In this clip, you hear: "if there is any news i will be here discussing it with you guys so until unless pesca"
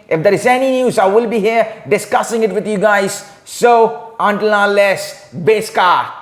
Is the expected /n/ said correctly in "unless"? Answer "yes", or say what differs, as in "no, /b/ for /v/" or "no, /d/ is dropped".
no, /n/ is dropped